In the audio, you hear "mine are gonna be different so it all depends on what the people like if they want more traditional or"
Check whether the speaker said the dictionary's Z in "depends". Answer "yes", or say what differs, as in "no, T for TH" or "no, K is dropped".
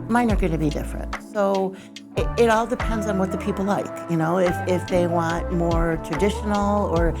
yes